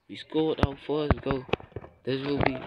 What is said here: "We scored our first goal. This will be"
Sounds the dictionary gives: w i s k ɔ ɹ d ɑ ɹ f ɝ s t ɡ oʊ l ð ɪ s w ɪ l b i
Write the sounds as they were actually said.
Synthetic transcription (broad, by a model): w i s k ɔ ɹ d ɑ w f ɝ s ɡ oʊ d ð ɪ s w ɪ l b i